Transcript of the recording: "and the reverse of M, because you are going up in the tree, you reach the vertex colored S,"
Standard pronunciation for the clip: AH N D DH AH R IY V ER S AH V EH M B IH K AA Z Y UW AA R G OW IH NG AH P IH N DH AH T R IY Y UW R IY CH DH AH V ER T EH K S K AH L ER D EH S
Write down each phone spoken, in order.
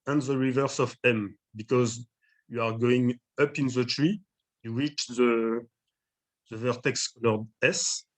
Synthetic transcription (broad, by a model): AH N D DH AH R IY V ER S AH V EH M B IH K AA Z Y UW AA R G OW IH NG AH P IH N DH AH T R IY Y UW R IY CH DH AH V ER T EH K S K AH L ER D EH S